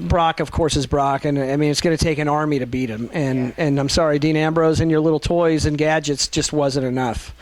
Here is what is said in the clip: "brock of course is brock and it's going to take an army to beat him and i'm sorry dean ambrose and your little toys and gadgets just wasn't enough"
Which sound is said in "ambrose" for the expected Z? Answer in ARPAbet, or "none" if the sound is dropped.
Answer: Z